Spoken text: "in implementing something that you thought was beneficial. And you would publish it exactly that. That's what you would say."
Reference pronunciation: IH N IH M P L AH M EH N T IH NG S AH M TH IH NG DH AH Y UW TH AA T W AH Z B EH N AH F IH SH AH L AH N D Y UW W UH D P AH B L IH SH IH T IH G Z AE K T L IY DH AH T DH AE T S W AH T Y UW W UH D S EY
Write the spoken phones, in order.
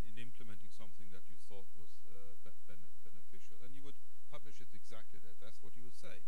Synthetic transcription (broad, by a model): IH N IH M P L AH M EH N T IH NG S AH M TH IH NG DH AH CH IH TH AA T W AH Z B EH N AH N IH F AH L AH N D Y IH W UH D P AH B L IH SH IH T IH G Z AE K T L IY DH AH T DH AE T S W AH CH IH W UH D S EY